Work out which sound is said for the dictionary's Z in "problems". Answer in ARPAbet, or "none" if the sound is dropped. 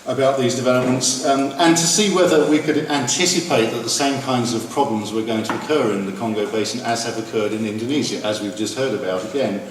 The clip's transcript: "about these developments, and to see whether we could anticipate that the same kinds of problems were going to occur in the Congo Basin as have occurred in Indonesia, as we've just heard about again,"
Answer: Z